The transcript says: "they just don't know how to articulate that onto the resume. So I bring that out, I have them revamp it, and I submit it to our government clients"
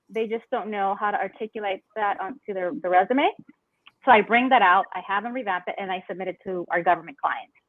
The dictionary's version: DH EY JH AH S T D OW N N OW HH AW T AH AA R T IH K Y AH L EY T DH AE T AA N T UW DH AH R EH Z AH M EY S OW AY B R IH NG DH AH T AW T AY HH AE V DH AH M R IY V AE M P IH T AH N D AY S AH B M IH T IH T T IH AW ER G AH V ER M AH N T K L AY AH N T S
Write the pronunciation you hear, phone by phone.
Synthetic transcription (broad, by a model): DH EY JH AH S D OW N N OW HH AW T AH AA R T IH K Y AH L EY T DH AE T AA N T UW DH AH R EH Z AH M EY S OW AY B R IH NG DH AH T AW T AY HH AE V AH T R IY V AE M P IH T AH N AY S AH B M IH T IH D T IH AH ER G AH V ER M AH N K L AY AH N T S